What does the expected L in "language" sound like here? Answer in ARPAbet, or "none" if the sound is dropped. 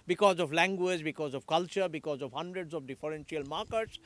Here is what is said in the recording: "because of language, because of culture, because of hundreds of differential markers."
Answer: L